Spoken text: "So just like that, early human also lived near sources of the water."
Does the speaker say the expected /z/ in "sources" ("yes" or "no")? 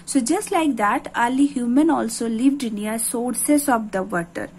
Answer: no